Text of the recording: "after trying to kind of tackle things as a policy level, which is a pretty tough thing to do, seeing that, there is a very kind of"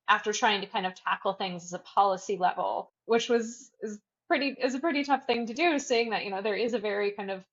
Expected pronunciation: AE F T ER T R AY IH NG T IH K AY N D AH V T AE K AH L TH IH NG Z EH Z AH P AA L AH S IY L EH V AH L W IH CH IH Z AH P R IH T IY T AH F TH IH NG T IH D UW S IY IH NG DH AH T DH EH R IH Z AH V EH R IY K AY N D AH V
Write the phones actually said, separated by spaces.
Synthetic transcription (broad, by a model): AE F T ER T R AY IH NG T IH K AY N D AH V T AE K L TH IH NG Z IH Z AH P AA L AH S IY L EH V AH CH W IH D IH Z AH P R IH T IY T AH F TH IH NG T IH D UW S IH IH NG DH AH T DH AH R IH Z AH V EH R IY K AY N D AH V